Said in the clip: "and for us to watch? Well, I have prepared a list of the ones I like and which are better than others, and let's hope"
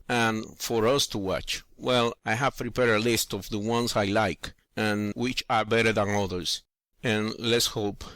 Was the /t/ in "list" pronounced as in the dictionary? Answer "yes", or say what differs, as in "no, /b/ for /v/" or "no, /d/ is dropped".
yes